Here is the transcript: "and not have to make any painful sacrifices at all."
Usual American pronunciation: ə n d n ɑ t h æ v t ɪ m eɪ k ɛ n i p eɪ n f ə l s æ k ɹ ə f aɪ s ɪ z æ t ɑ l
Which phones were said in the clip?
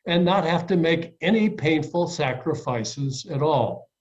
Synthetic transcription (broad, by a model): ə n n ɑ t h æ f t ɪ m eɪ k ɛ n i p eɪ n f l s æ k ɹ ə f aɪ s ɪ z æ t ɑ l